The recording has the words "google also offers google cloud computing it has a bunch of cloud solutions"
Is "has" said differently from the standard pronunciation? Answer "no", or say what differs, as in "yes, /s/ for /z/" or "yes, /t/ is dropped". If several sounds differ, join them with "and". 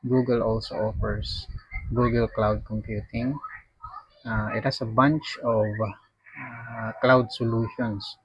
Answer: yes, /s/ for /z/